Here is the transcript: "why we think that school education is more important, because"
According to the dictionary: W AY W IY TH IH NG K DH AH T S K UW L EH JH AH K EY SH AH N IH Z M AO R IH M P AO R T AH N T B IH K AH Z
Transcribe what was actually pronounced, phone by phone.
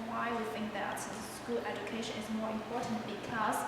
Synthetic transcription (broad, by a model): W AY W IY TH IH NG K DH AH T S K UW L EH JH AH K EY SH AH N IH Z M AO R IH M P AO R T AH N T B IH K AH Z